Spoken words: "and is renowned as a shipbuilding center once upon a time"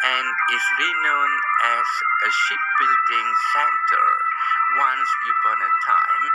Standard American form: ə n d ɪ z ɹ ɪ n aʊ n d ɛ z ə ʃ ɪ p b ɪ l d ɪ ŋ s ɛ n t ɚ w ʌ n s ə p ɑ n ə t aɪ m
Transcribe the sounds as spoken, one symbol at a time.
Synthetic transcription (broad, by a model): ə n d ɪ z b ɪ n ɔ n ɛ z ə ʃ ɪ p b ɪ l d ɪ ŋ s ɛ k t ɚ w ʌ n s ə ɑ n ə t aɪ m